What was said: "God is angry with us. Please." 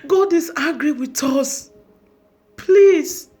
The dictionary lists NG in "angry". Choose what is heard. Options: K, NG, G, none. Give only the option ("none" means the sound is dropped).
none